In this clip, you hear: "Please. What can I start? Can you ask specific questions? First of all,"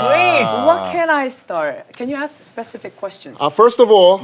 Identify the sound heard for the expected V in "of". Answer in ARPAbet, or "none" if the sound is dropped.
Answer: V